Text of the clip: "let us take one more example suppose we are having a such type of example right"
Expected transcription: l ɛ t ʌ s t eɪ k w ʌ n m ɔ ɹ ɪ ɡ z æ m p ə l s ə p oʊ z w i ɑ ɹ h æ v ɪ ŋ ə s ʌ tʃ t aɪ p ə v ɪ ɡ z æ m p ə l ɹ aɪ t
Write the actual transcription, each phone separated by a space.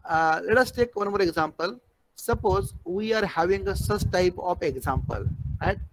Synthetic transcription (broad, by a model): l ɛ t ʌ s t eɪ k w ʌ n m ɔ ɹ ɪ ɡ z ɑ m p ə l s ə p oʊ z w i ɑ ɹ h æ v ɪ ŋ ə s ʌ s t aɪ p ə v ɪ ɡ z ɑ m p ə l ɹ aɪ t